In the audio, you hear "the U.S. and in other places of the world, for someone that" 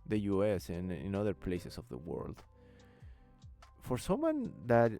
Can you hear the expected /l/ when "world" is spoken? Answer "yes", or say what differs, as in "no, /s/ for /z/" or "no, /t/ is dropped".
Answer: yes